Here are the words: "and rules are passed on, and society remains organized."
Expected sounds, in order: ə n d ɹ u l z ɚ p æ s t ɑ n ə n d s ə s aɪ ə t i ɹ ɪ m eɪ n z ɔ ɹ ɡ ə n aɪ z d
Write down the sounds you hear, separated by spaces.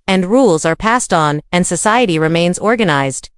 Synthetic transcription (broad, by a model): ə n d ɹ u l z ɚ p æ s t n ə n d s ə s aɪ ə t i ɹ ɪ m eɪ n z ɔ ɹ ɡ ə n aɪ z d